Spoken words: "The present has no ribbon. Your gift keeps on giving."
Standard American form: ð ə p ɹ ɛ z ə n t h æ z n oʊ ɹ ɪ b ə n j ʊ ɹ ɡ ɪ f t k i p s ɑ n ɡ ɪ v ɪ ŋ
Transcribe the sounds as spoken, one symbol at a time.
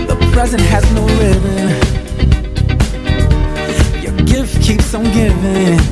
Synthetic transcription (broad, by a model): ð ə p ɹ ɛ z ə n t h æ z n oʊ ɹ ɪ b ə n j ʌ ɹ ɡ ɪ f t k i p s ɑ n ɡ ɪ v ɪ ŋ